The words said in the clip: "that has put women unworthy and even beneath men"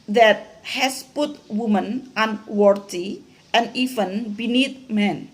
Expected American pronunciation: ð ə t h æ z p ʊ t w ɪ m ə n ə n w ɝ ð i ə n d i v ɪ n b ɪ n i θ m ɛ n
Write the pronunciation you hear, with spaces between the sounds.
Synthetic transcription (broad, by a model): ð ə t h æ s p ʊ t w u m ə n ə n w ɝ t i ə n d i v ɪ n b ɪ n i t m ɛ n